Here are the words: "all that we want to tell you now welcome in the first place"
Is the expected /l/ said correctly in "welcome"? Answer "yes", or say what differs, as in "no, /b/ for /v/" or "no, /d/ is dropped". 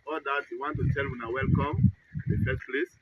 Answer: yes